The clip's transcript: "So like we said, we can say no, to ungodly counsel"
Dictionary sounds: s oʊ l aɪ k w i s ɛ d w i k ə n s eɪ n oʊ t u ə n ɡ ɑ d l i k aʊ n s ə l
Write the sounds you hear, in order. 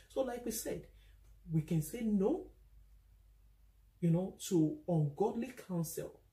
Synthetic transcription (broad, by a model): s oʊ l aɪ k w i s ɛ d w i k ə n s eɪ n oʊ t u ə n ɡ ɑ d l i k aʊ n s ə l